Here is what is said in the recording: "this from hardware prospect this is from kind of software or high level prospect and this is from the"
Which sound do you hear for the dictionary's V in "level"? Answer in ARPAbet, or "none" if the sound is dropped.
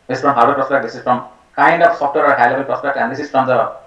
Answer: B